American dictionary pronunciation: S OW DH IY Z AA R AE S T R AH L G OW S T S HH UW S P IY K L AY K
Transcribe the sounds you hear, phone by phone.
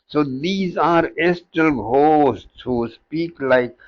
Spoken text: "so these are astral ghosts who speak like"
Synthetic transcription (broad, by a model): S OW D IY Z AA R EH S T AH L G OW S T S HH UW S P IY K L AY K